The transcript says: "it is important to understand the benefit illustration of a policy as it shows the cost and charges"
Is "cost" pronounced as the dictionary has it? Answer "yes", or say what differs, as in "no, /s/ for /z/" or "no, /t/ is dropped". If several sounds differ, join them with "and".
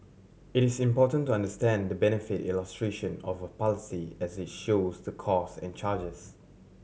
no, /t/ is dropped